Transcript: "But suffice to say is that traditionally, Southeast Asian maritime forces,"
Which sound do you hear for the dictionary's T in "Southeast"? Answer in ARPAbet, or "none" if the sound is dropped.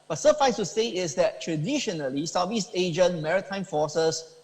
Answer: none